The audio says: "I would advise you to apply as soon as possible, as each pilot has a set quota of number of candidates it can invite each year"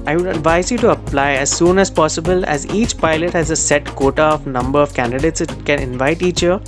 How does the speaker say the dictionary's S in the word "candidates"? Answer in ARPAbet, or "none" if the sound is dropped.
S